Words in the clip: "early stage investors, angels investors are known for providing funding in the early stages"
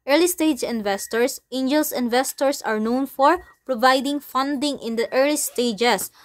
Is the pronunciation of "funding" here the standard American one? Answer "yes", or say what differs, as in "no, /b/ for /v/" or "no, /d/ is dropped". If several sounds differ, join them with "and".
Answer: yes